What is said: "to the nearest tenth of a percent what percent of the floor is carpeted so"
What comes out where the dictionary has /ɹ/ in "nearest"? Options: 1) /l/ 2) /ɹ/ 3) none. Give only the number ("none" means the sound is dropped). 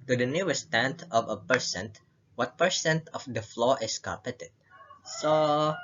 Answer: 3